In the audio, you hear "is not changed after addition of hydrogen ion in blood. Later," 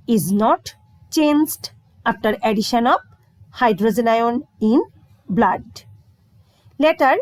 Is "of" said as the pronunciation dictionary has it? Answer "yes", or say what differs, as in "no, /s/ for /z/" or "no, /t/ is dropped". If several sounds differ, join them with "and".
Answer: no, /b/ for /v/